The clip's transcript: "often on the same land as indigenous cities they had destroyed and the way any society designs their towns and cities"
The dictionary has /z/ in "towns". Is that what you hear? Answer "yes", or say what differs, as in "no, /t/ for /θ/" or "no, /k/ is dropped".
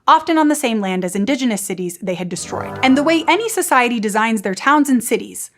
yes